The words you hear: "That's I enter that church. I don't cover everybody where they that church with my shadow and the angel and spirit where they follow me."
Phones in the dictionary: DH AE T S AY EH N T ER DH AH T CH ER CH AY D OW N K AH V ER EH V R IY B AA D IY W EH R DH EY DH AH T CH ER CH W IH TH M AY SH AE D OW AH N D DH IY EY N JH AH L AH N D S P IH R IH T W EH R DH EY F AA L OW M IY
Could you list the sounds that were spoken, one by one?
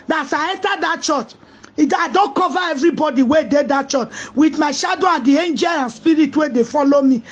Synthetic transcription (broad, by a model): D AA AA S AY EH N T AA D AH T CH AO CH AY D OW N K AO V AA EH V R IY B AA D IY W EH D EY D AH T CH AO CH W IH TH M AY SH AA D OW AH N D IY EY N JH AH L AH N S P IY R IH T W EH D EY F AA L OW M IY